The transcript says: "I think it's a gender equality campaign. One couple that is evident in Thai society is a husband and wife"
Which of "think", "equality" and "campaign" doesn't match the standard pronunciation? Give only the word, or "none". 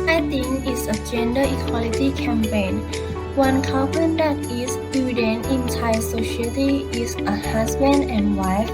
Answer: think